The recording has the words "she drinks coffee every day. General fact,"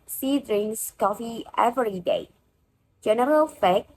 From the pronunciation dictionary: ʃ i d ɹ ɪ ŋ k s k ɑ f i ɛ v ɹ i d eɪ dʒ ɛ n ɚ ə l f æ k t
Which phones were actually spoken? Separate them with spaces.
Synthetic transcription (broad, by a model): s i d ɹ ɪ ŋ s k ɑ f i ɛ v ɹ i d eɪ dʒ ɛ n ɚ ə l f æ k